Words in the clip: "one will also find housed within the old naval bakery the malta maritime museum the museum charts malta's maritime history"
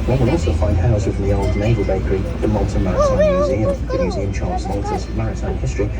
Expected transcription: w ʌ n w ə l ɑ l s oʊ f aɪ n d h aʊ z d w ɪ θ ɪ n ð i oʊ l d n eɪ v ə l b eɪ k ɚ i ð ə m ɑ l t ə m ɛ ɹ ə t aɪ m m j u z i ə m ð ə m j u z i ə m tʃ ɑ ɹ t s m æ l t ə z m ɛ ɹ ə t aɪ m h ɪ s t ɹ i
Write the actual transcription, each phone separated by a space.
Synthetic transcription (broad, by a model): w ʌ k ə n ɑ l s oʊ f aɪ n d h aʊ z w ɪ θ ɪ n ð i oʊ l d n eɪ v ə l b eɪ k ɚ i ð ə m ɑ l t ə m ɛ ɹ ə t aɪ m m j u z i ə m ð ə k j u z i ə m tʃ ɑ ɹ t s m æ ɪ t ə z m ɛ ɹ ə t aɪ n h ɪ s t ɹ i